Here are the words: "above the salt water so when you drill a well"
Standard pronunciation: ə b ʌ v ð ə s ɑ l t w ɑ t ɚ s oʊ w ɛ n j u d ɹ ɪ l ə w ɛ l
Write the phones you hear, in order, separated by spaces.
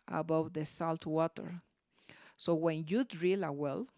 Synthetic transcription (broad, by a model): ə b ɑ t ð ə s ɑ l t w ɑ t ɚ s oʊ w ɛ n j u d ɹ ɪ l ə w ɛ l